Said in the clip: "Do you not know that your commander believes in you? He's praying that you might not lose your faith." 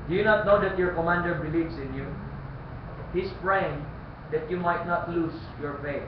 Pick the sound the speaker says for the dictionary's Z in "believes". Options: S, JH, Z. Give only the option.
S